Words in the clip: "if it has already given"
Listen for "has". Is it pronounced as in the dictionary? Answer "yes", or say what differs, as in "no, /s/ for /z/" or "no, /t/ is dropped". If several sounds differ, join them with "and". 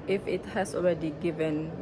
no, /s/ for /z/